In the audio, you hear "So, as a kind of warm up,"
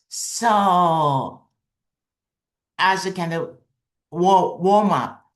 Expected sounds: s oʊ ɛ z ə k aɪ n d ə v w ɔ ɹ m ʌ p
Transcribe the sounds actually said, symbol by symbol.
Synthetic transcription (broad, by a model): s oʊ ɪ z ə k aɪ n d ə w w ɔ ɹ m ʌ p